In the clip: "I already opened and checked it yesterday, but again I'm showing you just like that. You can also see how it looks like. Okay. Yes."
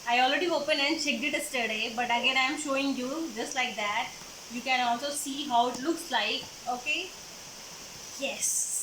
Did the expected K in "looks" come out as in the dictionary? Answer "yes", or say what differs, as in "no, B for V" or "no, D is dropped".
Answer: yes